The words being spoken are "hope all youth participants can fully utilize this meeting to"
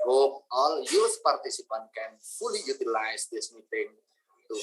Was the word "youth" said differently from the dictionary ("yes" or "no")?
yes